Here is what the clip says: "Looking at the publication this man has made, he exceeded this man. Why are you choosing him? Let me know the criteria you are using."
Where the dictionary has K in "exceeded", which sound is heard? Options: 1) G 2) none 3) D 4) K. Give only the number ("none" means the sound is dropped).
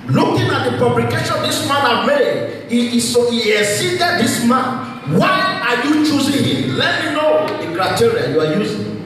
2